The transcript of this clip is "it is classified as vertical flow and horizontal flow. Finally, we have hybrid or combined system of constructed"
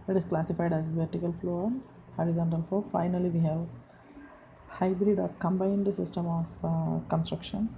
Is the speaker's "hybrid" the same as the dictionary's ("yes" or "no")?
yes